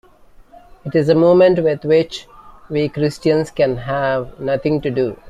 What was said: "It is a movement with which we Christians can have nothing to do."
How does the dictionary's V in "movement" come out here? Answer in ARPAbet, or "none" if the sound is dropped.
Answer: none